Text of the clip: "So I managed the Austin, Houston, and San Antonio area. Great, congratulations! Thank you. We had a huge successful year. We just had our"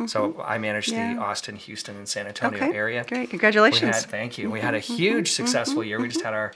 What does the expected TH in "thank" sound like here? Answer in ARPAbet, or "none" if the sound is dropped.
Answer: TH